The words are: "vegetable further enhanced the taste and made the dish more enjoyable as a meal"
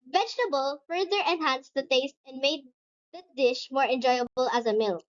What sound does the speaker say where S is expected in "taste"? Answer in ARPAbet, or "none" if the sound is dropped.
S